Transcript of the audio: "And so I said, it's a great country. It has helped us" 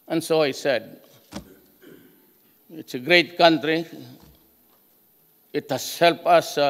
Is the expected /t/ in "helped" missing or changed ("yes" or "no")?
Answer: yes